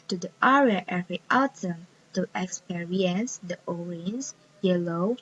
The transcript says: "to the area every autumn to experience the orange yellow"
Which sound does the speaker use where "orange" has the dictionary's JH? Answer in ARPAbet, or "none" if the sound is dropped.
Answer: Z